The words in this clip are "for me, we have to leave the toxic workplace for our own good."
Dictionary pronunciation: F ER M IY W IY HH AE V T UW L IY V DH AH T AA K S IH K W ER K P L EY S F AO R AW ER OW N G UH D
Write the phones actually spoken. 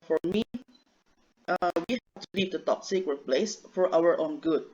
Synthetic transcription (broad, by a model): F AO M IY W IY HH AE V T UW L IY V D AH T AA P S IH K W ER P L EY S F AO R AW ER OW N G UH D